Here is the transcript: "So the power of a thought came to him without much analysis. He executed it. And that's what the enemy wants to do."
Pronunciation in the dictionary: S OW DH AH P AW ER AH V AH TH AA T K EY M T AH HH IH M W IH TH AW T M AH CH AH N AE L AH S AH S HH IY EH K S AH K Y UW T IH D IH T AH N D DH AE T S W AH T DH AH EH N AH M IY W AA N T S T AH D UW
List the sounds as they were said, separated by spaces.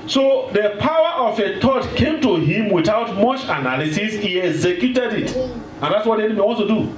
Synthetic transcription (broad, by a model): S OW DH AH P AW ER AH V AH T AA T K EY M T AH HH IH M W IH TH AW T M AH CH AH N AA L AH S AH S HH IY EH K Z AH K Y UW T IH D IH T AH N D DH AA T S W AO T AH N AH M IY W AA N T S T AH D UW